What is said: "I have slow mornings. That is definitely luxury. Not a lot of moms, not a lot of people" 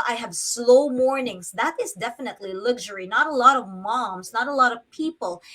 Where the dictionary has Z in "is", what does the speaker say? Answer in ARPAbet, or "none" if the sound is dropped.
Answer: Z